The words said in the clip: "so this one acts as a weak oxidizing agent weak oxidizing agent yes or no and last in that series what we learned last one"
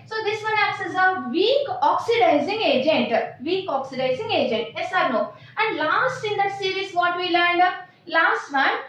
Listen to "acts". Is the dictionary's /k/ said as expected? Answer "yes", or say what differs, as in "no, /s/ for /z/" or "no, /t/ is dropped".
no, /k/ is dropped